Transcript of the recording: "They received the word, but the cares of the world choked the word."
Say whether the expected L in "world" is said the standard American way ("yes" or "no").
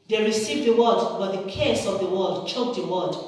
no